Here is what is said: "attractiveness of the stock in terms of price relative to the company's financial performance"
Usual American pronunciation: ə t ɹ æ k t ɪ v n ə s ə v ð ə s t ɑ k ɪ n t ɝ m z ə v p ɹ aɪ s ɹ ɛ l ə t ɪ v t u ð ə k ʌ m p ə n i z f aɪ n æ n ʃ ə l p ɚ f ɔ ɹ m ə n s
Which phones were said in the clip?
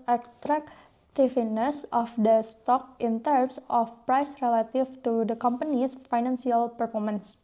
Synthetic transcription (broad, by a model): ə t ɹ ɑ k t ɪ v n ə s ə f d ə s t ɑ k ɪ n t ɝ m s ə f p ɹ aɪ s ɹ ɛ l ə t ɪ f t u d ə k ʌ m p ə n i s f aɪ n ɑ n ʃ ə l p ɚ f ɔ ɹ m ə n s